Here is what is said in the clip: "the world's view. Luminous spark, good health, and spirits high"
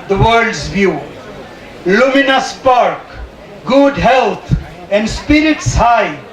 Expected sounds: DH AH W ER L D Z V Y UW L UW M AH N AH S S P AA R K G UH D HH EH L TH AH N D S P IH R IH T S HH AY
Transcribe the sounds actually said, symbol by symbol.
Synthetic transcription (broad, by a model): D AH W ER D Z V Y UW L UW M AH N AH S S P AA R K G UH D HH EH L T AH N D S P IH R IH T S HH AY